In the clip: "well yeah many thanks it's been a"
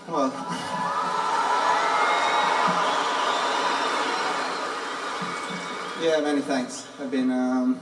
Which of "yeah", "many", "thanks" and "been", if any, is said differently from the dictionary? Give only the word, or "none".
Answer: none